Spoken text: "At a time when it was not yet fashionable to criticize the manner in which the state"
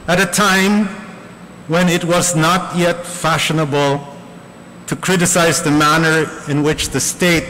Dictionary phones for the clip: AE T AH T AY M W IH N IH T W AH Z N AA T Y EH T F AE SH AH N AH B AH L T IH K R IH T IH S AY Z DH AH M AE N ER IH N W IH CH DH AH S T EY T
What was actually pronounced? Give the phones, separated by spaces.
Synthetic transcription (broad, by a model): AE T AH T AY M W IH N IH T W AH Z N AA T Y EH T F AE SH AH N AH B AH L T IH K R IH T IH S AY Z DH AH M AE N ER IH N W IH CH DH AH S T EY T